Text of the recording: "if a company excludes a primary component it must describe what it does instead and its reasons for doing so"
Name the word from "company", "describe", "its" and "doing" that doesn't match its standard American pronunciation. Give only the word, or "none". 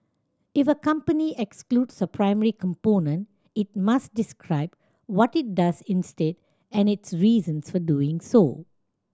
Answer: none